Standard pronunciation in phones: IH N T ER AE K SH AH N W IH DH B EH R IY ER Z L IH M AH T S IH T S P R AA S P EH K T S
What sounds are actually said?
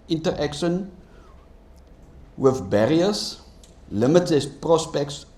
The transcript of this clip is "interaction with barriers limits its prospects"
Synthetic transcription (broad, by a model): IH N T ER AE K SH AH N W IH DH B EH R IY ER S L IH M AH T IH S P R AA S P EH K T S